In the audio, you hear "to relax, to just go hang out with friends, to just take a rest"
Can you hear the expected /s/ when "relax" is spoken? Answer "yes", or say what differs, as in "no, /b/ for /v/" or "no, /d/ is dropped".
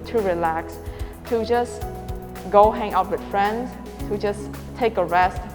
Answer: yes